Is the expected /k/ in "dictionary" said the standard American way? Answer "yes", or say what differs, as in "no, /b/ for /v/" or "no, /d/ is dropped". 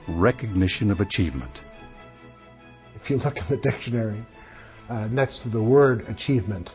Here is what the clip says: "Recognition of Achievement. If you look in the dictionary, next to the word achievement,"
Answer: yes